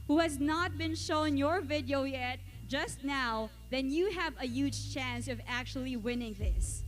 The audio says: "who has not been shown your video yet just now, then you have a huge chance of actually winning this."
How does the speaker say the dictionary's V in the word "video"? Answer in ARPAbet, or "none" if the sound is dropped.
V